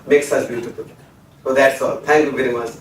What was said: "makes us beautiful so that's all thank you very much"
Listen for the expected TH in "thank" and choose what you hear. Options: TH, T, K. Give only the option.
T